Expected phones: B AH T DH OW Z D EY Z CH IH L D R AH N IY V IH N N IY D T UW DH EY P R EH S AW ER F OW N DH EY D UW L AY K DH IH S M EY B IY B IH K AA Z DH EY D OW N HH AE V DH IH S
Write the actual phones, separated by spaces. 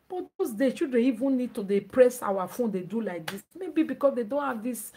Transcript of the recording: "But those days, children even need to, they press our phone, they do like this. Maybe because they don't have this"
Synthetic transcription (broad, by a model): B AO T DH OW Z D EY CH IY L D R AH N IY V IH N N IY D T UW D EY P R EH S AW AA F OW N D EY D UW L AY K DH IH S M EY B IY B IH K AA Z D EY D OW N HH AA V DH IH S